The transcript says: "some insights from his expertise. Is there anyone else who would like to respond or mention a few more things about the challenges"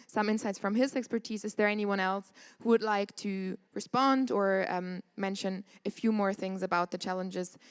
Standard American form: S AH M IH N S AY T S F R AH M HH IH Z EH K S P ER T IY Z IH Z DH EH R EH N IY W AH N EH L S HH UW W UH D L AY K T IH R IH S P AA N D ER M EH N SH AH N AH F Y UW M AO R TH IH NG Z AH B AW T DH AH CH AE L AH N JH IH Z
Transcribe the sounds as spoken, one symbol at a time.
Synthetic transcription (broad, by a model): S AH M IH N S AY T S F R AH M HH IH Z EH K S P ER T IY Z IH Z DH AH R EH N IY W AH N EH L S HH UW W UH D L AY K T IH R IH S P AA N D ER M EH N SH AH N AH F Y UW M AO R TH IH NG Z AH B AW T DH AH CH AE L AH N JH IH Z